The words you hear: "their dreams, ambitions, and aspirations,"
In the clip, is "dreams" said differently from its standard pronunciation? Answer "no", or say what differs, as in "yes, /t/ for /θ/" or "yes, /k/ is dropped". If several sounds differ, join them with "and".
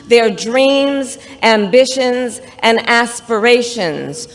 no